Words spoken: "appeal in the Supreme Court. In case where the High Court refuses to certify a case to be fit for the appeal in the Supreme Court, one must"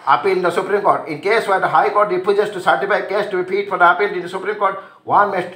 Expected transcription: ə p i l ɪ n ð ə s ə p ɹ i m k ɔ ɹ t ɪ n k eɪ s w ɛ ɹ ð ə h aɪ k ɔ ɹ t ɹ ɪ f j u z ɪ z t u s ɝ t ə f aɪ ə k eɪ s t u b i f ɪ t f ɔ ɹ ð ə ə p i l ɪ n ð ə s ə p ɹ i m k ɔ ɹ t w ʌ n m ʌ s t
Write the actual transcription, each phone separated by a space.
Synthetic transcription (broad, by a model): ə p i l ɪ n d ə s ə p ɹ i m k ɔ ɹ t ɪ n k eɪ s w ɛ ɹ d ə h aɪ k ɔ ɹ t ɹ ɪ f j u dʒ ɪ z t u s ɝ t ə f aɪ ə k eɪ s t u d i p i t f ɔ ɹ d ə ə p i l ɪ n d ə s ə p ɹ i m k ɔ ɹ t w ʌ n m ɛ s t